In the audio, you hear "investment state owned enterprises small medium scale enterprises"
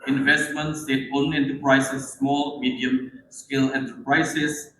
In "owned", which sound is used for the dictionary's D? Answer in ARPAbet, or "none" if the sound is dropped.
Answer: none